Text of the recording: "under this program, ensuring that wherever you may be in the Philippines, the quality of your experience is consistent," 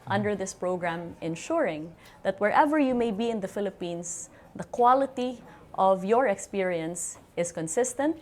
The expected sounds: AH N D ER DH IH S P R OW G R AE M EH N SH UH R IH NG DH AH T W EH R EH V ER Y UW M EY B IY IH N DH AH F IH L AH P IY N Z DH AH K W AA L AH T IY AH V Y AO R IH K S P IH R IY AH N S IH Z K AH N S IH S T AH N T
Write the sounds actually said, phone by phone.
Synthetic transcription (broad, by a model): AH N D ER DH IH S P R OW G R AE M EH N SH UH R IH NG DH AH T W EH R EH V ER Y UW M EY B IY IH N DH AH F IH L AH P IY N S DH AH K W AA L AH T IY AH V Y AO R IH K S P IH R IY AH N S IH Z K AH N S IH S T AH N T